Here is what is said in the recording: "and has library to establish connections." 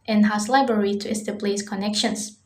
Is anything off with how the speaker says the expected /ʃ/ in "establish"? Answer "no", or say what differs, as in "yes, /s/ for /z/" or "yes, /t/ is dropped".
yes, /s/ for /ʃ/